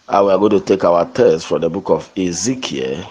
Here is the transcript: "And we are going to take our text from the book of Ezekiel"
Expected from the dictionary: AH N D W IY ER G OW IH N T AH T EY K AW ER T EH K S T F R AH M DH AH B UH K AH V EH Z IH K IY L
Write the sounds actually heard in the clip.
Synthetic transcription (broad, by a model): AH W IY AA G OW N T AH T EY K AW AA T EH S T F R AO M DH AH B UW K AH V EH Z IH K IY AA